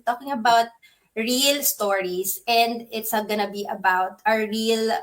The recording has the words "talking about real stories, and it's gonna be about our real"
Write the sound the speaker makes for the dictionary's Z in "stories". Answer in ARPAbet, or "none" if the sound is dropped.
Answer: S